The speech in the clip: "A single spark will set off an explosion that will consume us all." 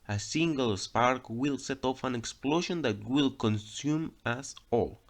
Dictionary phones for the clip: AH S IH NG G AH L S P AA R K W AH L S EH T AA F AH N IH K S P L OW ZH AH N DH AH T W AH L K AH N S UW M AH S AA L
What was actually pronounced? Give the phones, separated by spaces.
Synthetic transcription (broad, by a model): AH S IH NG G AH L S P AA R K W AH L S EH T AA F AH N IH K S P L OW SH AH N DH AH T W AH L K AH N S UW M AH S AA L